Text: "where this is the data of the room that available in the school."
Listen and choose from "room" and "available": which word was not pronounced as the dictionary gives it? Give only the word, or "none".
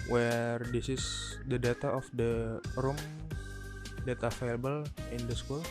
available